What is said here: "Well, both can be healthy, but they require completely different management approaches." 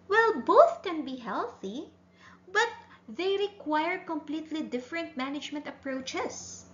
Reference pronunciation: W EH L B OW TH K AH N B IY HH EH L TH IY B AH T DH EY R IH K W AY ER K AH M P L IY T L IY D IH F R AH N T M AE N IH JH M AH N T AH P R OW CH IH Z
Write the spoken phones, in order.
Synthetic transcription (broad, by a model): W EH L B OW TH K AH N B IY HH EH L TH IY B AH T DH EY R IH K W AY ER K AH M P L IY T L IY D IH F R AH N T M AE N IH JH M AH N T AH P R OW CH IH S